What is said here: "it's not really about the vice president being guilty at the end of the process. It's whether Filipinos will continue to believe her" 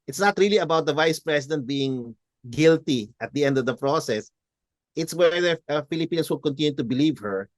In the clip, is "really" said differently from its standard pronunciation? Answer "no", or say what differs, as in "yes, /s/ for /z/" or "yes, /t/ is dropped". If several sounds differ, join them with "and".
no